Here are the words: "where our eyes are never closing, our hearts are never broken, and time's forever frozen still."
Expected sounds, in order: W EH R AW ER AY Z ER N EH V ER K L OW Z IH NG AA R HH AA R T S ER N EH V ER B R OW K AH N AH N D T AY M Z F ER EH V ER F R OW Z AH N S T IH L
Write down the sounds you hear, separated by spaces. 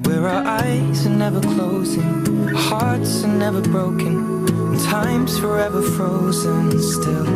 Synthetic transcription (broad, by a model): W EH R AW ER AY Z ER N EH V ER K L OW Z IH NG HH AA R T S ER N EH V ER B R OW AH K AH N T AY M Z F ER EH V ER F R OW Z AH N S T IH L